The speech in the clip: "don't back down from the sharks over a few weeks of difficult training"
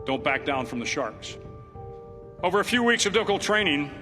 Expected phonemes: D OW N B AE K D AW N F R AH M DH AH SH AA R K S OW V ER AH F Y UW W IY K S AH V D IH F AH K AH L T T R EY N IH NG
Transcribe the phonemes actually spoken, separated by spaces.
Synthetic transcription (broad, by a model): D OW N B AE K D AW N F R AH M DH AH SH AA R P S OW V ER AH F Y UW W IY K S AH V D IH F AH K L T T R EY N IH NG